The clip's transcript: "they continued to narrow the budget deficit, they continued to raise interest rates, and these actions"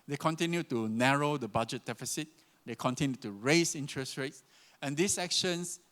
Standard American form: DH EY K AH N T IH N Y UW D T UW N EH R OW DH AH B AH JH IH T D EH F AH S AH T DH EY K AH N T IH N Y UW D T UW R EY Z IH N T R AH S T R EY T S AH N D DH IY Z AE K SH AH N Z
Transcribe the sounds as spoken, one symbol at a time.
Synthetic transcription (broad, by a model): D EY K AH N T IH N Y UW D T UW N EH R OW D AH B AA JH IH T D EH F AH S AH T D EY K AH N T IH N Y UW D T UW R EY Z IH N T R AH S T R EY T S AH N D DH IY S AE K SH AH N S